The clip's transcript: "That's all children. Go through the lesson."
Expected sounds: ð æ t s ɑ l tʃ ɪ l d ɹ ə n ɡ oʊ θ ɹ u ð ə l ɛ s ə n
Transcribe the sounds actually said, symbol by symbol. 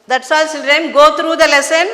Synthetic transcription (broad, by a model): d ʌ t s ɑ l s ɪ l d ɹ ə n ɡ oʊ t ɹ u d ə l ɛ s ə n